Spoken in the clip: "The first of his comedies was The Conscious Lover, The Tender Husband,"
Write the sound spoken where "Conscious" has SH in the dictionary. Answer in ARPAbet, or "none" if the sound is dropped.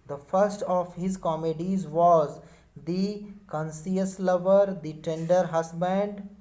S